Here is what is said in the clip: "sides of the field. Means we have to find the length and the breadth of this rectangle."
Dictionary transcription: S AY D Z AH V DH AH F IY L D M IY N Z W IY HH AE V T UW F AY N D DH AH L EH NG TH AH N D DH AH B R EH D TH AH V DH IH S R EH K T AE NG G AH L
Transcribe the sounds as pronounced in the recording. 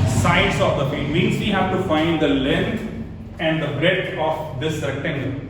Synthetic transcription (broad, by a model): S AY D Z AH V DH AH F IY D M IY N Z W IY HH AE V T UW F AY N D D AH L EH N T AH N D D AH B R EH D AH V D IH S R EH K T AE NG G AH